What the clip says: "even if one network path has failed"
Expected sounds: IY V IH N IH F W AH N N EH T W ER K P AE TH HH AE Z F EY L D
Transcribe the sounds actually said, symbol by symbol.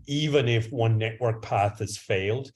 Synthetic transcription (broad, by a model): IY V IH N IH F W AH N N EH T W ER K P AE TH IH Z F EY L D